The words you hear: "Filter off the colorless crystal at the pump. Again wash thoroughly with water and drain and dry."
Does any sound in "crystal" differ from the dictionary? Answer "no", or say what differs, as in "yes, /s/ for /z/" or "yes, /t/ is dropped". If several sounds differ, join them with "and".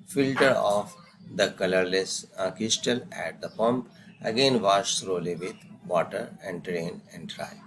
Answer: yes, /ɹ/ is dropped